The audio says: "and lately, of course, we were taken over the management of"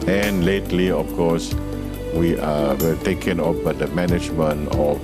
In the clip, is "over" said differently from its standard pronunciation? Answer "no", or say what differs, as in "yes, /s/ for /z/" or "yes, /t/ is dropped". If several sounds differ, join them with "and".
yes, /b/ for /v/